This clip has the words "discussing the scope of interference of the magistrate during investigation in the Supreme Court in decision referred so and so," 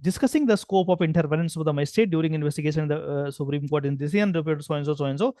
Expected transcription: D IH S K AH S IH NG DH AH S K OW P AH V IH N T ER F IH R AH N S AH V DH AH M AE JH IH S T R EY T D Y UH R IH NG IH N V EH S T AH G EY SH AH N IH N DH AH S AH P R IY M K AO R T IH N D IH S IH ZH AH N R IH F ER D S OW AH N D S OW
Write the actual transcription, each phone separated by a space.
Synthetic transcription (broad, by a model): D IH S K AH S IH NG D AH S K OW P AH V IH N T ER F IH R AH N S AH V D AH M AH IH S T EY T D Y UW R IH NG IH N V EH S T AH G EY SH AH N IH N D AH S AH P R IY M K AO R T IH N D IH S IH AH N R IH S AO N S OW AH N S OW